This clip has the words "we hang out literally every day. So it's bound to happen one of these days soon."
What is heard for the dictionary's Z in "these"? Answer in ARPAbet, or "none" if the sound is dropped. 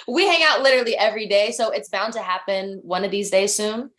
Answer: Z